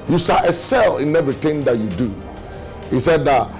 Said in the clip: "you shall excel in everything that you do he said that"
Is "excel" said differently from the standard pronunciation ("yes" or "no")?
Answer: yes